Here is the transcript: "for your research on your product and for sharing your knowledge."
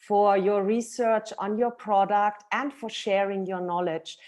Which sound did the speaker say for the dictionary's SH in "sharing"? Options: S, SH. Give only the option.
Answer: SH